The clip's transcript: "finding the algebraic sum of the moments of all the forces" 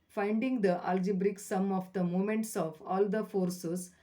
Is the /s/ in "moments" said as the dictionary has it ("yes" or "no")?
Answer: yes